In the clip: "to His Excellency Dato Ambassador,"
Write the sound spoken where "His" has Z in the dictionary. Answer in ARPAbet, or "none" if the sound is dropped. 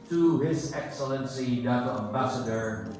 Z